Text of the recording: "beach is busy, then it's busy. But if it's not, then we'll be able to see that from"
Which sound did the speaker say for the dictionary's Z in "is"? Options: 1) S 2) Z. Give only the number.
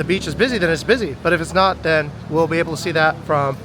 2